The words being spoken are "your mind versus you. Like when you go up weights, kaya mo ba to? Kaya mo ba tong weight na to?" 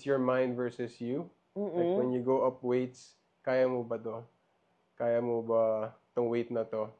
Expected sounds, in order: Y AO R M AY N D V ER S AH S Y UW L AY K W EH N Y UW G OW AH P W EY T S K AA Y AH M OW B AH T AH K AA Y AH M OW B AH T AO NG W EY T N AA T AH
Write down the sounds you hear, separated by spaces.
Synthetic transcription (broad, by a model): Y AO R M AY N D V ER S AH S Y UW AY W EH N Y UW G OW AH P W EY T S K AA Y AH M OW B AH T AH K AA Y AH M OW B AH T AO NG W EY T N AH T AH